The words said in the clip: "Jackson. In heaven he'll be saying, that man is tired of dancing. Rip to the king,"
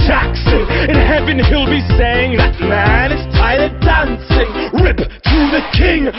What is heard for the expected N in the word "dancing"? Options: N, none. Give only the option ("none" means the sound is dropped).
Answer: N